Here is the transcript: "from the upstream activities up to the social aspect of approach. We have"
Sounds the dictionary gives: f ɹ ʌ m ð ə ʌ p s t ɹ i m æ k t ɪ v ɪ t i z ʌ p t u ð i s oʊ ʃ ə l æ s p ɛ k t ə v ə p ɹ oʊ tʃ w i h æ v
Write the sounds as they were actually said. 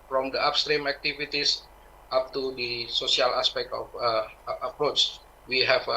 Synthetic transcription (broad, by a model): f ɹ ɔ m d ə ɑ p s t ɹ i m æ k t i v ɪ t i s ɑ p t u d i s oʊ s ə l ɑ s p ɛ k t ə f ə p ɹ oʊ tʃ w i h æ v